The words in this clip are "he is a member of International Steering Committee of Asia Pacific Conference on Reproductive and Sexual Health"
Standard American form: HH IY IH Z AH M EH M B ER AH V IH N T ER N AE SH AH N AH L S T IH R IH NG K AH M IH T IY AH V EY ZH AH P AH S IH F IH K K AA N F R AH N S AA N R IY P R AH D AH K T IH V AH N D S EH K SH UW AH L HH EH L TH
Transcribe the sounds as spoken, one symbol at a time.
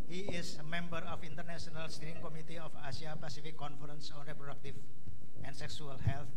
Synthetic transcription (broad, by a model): HH IY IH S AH M EH M B ER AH F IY N T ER N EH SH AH N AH L S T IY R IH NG K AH M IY T IY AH F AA S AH P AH S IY F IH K K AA N F R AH N S AA N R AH P R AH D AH K T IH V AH N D S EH K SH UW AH L HH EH L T